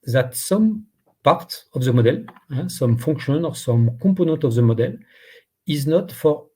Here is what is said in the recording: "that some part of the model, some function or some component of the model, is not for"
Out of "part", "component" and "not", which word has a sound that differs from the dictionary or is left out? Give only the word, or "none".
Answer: component